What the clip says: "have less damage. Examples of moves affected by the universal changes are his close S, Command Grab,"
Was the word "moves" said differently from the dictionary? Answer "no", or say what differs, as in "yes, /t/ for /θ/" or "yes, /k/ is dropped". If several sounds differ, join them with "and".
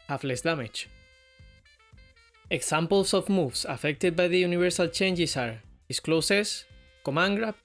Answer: yes, /s/ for /z/